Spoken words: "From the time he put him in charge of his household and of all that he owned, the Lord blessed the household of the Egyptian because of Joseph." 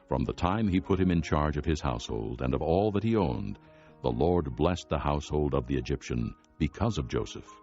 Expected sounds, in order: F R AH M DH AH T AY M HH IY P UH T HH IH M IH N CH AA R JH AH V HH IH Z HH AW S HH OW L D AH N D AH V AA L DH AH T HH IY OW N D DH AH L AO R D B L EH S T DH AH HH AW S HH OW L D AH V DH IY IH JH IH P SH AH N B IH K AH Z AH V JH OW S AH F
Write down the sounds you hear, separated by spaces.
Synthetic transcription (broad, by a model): F R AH M DH AH T AY M IY P UH T HH IH M IH N CH AA R JH AH V IH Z HH AW S HH OW L D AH N AH V AA L DH AH T HH IY OW N DH AH L AO R D B L EH S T DH AH HH AW S HH OW L D AH V DH IY IH JH IH P SH AH N B IH K AH Z AH V JH OW S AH F